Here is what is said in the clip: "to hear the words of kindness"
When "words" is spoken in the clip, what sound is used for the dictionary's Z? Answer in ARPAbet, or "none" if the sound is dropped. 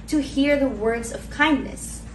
Z